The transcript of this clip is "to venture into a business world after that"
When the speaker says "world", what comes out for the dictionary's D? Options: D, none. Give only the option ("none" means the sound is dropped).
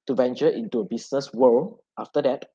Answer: none